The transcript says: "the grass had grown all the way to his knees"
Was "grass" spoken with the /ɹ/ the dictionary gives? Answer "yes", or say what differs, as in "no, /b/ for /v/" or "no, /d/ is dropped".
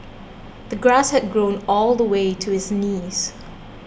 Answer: yes